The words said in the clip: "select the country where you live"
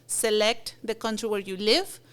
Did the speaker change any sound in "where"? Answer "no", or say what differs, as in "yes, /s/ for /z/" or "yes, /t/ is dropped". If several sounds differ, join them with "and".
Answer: no